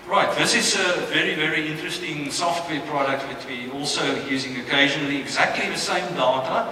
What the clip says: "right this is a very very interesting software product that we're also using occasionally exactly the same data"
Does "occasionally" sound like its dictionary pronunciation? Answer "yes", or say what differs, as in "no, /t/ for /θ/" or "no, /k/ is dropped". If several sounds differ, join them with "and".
yes